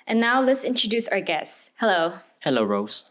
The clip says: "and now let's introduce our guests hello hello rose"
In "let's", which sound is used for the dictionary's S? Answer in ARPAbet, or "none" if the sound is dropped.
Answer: S